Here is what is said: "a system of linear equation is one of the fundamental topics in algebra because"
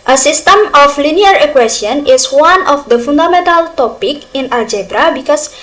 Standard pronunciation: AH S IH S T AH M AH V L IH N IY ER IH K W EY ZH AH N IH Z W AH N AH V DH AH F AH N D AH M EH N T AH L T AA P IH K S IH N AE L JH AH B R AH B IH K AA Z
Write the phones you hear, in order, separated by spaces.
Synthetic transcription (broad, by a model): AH S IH S T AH M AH F L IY N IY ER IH K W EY S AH N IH S W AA N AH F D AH F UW N D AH M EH N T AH L T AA P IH K IH N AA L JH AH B R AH B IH K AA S